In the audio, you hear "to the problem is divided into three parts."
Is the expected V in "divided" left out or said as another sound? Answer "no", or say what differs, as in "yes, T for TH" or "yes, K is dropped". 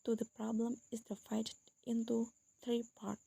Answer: yes, F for V